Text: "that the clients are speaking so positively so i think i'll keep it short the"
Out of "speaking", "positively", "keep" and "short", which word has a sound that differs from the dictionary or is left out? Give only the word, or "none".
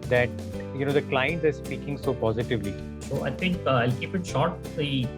none